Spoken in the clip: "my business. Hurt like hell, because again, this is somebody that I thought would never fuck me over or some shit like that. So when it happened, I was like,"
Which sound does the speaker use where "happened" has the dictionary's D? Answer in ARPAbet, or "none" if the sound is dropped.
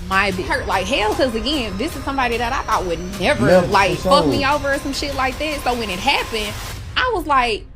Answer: none